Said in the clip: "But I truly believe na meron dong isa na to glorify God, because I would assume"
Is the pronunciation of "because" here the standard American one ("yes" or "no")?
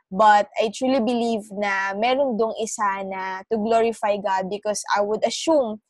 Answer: no